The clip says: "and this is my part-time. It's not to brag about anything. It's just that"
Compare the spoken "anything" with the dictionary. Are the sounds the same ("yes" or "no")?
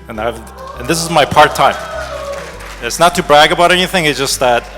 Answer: yes